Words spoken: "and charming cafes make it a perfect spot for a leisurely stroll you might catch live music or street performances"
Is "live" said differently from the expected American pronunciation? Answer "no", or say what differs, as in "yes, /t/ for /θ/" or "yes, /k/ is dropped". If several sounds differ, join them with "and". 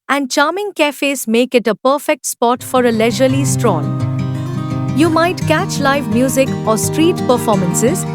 no